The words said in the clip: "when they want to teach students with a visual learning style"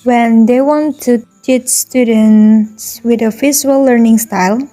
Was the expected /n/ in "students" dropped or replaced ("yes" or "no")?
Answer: no